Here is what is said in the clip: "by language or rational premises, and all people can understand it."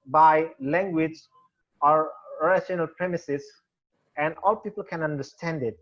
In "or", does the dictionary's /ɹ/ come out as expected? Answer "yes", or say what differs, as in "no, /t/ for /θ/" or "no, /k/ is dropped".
yes